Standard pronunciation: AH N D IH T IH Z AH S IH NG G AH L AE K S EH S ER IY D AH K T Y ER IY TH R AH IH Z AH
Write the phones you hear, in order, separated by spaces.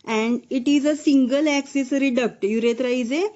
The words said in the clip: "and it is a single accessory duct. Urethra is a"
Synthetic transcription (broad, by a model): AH N D IH T IH Z AH S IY NG G AH L AE K S EH S ER IY D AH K T Y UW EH T R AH IH Z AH